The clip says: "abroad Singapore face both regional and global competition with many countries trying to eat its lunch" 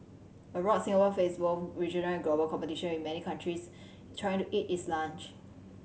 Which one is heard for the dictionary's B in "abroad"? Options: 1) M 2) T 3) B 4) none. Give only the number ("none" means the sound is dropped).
4